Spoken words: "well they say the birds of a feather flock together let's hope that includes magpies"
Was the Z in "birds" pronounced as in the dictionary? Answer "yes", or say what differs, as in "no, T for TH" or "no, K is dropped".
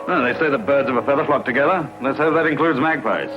yes